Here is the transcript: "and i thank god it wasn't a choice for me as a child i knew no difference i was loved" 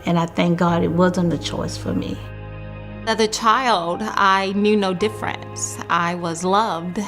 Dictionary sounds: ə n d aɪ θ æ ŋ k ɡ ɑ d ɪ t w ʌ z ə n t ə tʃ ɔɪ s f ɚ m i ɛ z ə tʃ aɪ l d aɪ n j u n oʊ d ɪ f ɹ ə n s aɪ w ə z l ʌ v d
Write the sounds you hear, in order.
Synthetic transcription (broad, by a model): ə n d aɪ θ æ ŋ k ɡ ɑ d ɪ t w ʌ z ə n t ə tʃ ɔɪ s f ɚ m i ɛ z ə tʃ aɪ l d aɪ n j u n oʊ d ɪ f ɹ ə n s aɪ w ə z l ʌ v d